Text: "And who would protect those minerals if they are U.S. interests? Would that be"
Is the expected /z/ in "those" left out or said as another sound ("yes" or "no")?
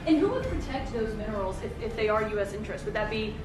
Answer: no